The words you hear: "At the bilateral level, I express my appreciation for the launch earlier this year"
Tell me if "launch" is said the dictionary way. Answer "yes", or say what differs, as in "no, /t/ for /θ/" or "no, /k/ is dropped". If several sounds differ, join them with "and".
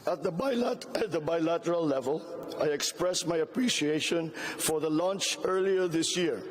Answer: yes